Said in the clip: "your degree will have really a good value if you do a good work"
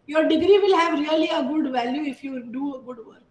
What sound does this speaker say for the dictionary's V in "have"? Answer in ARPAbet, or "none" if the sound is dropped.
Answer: V